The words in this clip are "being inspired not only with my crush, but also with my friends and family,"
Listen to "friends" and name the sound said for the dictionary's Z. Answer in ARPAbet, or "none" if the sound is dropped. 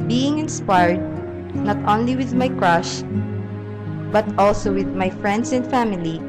S